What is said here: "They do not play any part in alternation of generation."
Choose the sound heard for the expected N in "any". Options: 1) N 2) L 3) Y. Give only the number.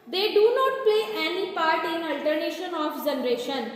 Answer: 1